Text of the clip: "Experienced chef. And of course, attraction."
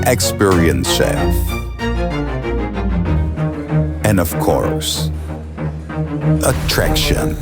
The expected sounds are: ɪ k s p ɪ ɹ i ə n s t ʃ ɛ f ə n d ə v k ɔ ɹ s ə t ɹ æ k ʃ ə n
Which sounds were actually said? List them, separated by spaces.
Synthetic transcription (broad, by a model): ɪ k s p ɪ ɹ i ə n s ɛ ə n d ə v k ɔ ɹ s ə t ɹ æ k ʃ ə n